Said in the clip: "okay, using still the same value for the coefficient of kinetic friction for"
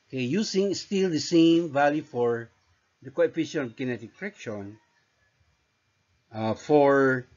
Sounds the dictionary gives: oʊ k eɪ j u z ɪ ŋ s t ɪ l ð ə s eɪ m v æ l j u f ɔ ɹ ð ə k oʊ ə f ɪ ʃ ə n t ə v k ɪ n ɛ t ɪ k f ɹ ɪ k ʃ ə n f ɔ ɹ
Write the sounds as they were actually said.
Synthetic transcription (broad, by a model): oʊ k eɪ j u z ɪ ŋ s t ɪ l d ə s eɪ m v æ l j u f ɔ ɹ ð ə k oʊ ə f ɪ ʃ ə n ə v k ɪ n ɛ t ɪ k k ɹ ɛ k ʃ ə n f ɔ ɹ